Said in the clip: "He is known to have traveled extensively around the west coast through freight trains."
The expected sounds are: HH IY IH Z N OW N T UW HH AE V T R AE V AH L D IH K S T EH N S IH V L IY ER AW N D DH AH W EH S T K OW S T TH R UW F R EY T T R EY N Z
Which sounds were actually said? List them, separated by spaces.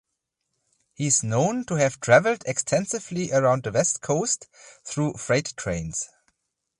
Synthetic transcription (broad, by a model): HH IY IH Z N OW N T UW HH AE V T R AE V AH L D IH K S T EH N S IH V L IY ER AW N D DH AH W EH S T K OW S T TH R UW F R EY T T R EY N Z